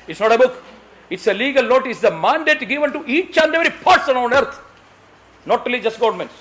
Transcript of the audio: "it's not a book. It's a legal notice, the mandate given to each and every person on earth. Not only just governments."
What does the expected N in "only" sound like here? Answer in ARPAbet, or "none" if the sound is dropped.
none